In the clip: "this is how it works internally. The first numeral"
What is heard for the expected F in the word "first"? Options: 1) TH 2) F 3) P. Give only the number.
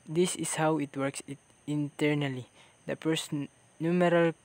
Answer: 3